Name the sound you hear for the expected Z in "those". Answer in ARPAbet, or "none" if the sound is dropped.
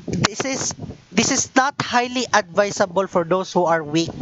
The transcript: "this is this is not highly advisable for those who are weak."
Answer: S